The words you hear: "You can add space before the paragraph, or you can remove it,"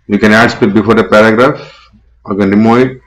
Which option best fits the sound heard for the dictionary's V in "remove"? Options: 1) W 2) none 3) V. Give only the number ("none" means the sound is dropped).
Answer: 2